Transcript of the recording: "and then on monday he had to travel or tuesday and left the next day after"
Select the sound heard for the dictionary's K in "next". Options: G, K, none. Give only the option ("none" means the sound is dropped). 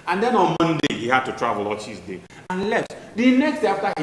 K